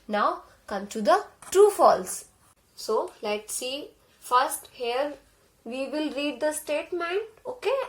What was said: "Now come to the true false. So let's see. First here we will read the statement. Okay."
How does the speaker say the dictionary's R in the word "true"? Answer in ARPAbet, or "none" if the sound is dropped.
none